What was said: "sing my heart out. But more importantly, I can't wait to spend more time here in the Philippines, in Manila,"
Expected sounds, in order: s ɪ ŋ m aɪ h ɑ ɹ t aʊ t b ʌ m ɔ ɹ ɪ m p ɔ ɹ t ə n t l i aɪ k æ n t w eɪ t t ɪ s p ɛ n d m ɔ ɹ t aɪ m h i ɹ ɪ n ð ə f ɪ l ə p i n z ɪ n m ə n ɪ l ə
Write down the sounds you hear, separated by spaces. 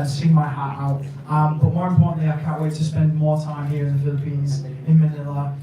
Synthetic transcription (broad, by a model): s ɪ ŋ m aɪ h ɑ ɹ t aʊ t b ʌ m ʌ w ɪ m p ɔ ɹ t n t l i aɪ k æ n t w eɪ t t ɪ s p ɛ n d m ɔ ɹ t aɪ m h i ɹ ɪ n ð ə f ɪ l ə p i n z ɪ n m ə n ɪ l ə